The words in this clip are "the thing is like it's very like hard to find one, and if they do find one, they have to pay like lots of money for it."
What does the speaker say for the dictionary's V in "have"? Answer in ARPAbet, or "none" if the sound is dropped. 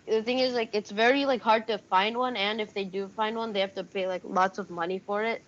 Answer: F